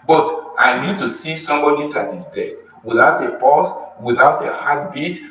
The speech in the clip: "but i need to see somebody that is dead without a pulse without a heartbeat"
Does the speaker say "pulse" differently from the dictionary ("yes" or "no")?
yes